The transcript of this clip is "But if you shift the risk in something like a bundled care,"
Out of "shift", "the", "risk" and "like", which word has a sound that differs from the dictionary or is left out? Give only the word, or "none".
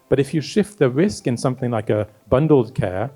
none